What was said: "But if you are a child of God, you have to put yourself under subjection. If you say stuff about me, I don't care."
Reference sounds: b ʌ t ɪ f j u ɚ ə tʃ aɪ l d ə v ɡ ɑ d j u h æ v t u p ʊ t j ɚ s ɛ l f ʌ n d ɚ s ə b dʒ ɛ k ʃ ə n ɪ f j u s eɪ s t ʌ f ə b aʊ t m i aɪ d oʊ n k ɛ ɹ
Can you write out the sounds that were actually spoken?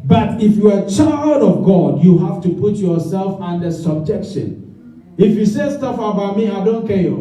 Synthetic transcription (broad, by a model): b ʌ t ɪ f j u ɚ ə tʃ aɪ l d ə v ɡ ɑ d j u h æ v t u p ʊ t j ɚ s ɛ l f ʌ n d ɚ s ə b dʒ ɛ k ʃ ə n ɪ f j u s eɪ s t ʌ f ə b aʊ t m i aɪ d oʊ n k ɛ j